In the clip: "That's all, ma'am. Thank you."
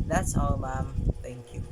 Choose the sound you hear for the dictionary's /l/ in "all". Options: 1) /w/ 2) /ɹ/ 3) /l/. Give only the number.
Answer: 1